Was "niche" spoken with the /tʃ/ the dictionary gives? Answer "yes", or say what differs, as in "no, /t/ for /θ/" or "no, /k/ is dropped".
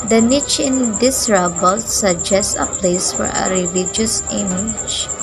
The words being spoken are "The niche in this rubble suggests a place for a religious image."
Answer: yes